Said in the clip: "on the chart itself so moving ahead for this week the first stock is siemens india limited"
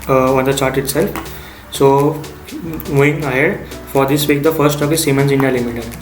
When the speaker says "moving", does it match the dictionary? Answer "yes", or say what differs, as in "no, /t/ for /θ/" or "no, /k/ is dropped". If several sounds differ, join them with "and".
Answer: no, /v/ is dropped